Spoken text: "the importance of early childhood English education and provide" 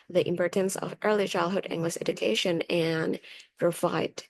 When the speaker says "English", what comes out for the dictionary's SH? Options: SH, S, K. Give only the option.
S